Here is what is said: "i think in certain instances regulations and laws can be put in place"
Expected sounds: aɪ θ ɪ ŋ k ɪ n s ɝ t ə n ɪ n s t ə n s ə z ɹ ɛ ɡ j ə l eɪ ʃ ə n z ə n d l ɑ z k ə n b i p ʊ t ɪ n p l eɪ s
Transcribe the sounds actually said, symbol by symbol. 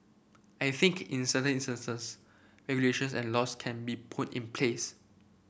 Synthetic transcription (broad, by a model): aɪ θ ɪ ŋ k ɪ n s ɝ t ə n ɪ n s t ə n s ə s ɹ ɛ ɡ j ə l eɪ ʃ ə n s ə n l ɑ s k ə n b i p ʊ t ɪ n p l eɪ s